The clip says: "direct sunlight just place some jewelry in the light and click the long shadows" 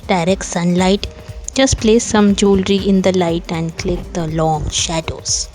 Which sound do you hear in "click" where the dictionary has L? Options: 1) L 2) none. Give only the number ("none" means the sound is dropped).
1